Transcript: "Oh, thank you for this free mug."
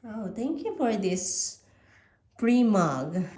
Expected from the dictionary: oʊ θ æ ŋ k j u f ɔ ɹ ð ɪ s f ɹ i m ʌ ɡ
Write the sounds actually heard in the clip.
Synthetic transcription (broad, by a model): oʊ t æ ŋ k j u f ɔ ɹ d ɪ s p ɹ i m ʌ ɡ